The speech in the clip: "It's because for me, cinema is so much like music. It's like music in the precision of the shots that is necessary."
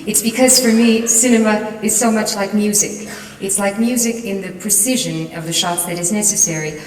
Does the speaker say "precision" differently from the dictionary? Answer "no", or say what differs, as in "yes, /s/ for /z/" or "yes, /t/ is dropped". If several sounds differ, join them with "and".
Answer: no